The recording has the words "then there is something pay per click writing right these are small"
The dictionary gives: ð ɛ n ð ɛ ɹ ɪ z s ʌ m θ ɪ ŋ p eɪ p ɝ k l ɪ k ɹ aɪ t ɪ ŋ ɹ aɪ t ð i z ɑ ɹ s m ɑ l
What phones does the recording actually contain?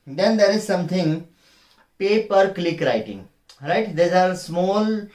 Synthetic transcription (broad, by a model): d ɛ n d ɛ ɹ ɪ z s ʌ m t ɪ ŋ p eɪ p ɝ k l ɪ k ɹ aɪ t ɪ ŋ ɹ aɪ t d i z ɑ ɹ s m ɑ l